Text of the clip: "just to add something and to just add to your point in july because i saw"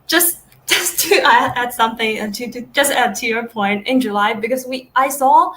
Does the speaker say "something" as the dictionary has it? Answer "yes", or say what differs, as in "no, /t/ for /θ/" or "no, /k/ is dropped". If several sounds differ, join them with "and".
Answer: yes